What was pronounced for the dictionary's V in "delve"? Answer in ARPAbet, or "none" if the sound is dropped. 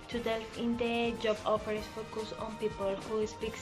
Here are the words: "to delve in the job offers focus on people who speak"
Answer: F